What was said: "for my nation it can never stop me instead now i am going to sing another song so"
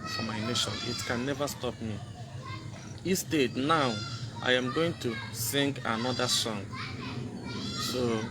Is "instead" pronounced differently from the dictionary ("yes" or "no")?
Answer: yes